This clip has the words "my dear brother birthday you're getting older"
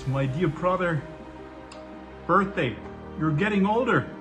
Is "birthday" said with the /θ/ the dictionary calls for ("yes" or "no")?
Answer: yes